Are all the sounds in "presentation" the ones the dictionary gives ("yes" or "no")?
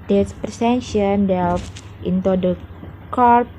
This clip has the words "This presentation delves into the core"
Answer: no